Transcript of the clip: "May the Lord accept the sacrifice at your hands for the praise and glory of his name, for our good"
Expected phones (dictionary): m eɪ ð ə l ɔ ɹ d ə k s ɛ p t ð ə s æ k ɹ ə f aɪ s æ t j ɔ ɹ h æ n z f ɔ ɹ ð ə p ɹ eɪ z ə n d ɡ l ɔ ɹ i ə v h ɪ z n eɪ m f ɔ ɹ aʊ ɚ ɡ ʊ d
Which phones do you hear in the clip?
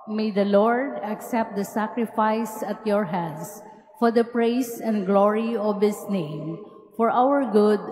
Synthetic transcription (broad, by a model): m eɪ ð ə l ɔ ɹ d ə k s ɛ p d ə s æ k ɹ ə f aɪ s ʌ t j ɔ ɹ h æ n s f ɔ ɹ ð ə p ɹ eɪ s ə n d ɡ l ɔ ɹ i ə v h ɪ s n eɪ m f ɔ ɹ aʊ ɚ ɡ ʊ d